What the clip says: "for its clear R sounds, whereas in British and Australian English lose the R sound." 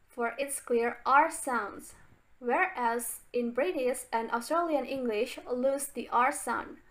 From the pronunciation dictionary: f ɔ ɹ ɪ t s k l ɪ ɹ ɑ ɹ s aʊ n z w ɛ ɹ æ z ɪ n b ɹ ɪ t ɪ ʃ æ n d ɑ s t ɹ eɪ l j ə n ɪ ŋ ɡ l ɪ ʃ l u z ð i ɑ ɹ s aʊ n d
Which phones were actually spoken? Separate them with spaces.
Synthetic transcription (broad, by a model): f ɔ ɹ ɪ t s k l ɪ ɹ ɑ ɹ s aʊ n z w ɛ ɹ æ z ɪ n b ɹ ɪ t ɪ s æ n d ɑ s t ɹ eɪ l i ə n ɪ ŋ ɡ l ɪ ʃ l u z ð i ɑ ɹ s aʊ n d